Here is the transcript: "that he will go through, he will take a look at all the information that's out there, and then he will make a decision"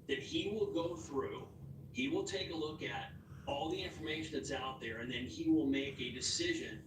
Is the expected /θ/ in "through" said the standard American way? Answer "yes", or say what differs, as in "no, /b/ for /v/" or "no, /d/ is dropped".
yes